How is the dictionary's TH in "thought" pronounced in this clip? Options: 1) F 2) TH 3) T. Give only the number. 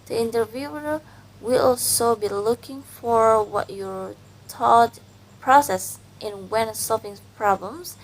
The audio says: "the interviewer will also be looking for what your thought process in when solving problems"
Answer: 3